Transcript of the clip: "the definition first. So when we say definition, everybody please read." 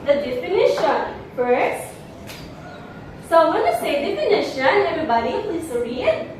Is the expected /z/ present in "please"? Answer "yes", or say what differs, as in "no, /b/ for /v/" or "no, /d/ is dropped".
no, /s/ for /z/